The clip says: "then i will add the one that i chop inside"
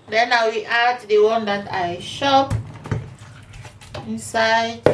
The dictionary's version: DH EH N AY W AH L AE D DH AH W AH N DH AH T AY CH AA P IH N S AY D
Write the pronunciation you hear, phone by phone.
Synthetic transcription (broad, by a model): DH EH N AY W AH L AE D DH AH W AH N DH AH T AY SH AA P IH N S AY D